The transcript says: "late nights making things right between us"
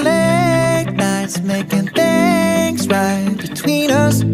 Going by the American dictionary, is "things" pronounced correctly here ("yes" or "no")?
yes